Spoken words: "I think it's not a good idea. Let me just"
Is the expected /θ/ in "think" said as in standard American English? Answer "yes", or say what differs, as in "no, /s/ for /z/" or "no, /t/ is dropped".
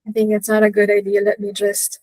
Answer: yes